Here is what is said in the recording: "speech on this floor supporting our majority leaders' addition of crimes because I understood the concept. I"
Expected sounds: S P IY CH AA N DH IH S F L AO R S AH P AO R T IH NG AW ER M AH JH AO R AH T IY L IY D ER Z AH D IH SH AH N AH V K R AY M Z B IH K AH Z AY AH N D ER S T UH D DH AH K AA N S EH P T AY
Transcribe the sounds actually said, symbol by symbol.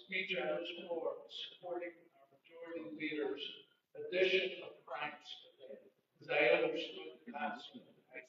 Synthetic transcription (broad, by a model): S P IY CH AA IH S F AO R S AH P AO R T IH NG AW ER M AH JH AO R AH T IY L IY D ER Z AH D IH SH AH N AH V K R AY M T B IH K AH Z AY AH N D ER S T UH D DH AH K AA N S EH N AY